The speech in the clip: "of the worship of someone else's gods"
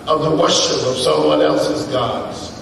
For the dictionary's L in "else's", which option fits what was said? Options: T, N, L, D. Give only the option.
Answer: L